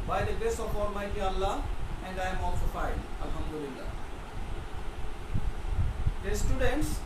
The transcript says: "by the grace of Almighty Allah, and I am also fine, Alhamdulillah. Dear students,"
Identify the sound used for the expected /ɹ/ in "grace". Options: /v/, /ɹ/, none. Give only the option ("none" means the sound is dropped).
none